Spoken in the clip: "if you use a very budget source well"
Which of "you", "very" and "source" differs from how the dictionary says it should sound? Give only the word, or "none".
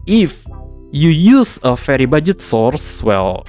very